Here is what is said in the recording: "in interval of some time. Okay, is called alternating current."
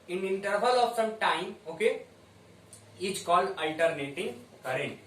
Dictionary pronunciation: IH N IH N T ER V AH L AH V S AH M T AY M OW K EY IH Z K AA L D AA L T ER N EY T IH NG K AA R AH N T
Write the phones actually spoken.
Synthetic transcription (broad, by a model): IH N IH N T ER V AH L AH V S AH M T AY M OW K EY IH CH K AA L AA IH T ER N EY T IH NG K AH R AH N